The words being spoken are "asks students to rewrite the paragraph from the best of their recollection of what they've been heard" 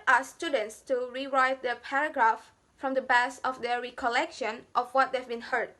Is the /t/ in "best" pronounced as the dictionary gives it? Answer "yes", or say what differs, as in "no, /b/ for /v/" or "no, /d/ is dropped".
no, /t/ is dropped